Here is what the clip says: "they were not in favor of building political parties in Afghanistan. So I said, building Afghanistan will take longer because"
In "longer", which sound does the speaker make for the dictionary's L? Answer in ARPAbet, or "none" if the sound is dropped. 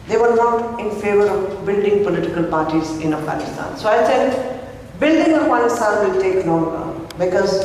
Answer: N